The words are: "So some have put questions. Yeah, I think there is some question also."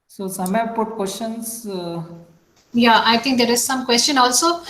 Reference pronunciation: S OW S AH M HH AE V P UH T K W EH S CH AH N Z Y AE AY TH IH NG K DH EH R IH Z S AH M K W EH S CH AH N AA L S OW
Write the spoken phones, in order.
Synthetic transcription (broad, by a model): S OW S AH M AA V P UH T K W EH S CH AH N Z Y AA AY T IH NG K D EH R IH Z S AH M K W EH S CH AH N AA L S OW